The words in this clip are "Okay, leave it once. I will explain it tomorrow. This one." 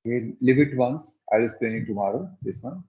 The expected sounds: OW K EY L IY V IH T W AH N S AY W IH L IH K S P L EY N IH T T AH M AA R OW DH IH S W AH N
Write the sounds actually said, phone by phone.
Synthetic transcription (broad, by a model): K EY L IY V IH T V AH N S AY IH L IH S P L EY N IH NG T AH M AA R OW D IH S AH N